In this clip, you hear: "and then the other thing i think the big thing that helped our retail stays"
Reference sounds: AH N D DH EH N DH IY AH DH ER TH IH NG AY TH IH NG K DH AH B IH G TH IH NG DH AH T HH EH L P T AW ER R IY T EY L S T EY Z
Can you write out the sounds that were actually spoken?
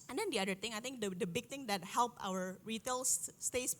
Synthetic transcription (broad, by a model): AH N D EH N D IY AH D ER T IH NG AY T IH NG K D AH B IH G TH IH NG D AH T HH EH L P AW ER R IY T EY L S T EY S